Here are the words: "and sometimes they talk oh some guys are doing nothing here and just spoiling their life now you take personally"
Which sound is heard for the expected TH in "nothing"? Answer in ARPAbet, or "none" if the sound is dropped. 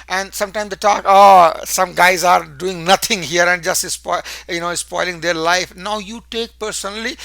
T